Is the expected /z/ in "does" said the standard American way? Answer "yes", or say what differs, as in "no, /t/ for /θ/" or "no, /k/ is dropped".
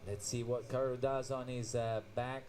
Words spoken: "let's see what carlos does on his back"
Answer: yes